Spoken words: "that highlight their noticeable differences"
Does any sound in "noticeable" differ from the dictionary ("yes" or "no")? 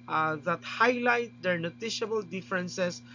yes